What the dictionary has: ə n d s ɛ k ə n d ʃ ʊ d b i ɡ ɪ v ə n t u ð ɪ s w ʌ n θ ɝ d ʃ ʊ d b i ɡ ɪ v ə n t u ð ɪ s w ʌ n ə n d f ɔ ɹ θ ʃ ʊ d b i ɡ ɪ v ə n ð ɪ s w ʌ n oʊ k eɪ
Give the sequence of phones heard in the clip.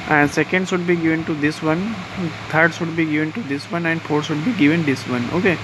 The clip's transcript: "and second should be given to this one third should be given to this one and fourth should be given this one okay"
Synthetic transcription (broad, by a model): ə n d s ɛ k ə n d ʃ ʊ d b i ɡ ɪ v ə n t u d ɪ s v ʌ n t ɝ d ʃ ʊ d b i ɡ ɪ v ə n t u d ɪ s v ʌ n ə n d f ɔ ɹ t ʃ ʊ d b i ɡ ɪ v ə n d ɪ s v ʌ n oʊ k eɪ